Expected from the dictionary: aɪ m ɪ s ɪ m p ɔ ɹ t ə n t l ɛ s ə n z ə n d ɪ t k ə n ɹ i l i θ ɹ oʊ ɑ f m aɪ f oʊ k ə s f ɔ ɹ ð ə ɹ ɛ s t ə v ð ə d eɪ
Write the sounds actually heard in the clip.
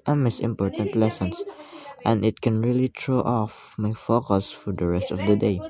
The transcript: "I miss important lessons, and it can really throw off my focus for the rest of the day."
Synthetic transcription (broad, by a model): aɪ m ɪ s ɪ m p ɔ ɹ t ə n t l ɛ s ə n s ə n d ɪ t k ə n ɹ i l i t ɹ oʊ ɑ f m aɪ f oʊ k ə s f ɔ ɹ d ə ɹ ɛ s t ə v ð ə d eɪ